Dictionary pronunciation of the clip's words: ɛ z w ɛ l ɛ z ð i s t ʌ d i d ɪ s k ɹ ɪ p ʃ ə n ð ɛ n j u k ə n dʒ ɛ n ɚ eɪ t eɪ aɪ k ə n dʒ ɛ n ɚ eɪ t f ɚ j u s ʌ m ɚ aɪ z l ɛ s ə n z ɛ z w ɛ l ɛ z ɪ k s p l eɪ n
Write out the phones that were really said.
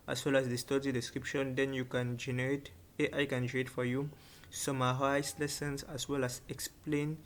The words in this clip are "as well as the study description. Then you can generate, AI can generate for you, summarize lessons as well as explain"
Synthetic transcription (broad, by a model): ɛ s w ɛ l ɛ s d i s t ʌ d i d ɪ s k ɹ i p ʃ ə n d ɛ n j u k ə n dʒ ɛ n ɚ eɪ t eɪ aɪ k ə n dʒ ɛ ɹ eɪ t f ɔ j u s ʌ m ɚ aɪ s l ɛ s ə n s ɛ s w ɛ l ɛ s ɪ k s p l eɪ n